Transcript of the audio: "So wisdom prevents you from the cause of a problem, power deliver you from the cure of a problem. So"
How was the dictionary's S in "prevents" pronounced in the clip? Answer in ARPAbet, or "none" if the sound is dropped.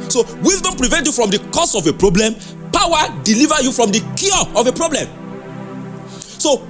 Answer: none